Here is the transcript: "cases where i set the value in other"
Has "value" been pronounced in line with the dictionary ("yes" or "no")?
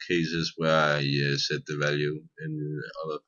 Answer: yes